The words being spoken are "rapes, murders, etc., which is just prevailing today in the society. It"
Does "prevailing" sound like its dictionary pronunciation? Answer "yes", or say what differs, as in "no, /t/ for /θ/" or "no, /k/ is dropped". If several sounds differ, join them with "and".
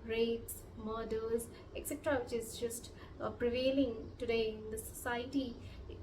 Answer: yes